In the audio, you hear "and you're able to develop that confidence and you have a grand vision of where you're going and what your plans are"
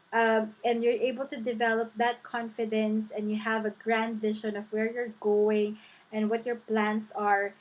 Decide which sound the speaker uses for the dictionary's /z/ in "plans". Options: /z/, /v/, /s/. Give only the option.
/s/